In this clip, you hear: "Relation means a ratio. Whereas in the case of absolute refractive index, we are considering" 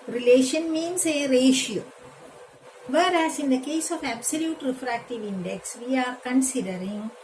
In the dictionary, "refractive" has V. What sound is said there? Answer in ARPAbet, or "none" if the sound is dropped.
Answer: V